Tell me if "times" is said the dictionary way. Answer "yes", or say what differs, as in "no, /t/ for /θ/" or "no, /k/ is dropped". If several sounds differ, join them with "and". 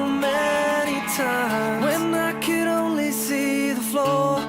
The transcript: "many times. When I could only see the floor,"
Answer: no, /z/ is dropped